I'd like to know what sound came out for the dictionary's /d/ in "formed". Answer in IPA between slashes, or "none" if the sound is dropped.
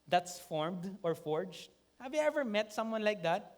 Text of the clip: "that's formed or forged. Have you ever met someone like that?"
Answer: /d/